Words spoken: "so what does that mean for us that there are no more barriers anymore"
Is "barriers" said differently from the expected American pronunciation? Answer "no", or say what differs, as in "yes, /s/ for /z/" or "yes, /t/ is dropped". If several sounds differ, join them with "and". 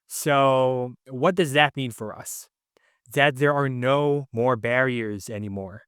no